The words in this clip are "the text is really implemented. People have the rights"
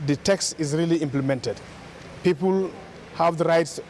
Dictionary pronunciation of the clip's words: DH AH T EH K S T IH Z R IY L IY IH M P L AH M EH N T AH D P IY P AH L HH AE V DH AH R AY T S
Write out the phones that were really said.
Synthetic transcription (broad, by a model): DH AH T EH K S T IH Z R IY L IY IH M P L AH M EH N T AH D P IY P AH L HH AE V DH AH R AY T S